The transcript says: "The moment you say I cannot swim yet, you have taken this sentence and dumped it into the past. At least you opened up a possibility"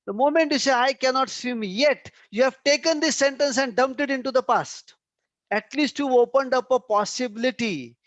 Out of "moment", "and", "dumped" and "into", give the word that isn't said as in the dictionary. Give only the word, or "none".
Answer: none